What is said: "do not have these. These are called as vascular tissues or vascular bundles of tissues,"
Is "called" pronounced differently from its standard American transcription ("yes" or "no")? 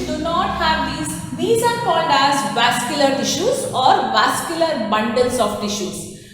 no